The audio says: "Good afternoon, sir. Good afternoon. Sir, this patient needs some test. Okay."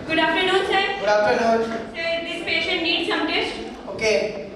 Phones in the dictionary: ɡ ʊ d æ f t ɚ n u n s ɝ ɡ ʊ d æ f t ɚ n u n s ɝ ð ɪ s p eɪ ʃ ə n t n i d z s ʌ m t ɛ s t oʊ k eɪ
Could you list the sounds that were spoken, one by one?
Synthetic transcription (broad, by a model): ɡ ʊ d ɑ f t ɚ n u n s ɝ ɡ ʊ d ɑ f t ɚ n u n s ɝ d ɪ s p eɪ ʃ ə n t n i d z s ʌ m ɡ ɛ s oʊ k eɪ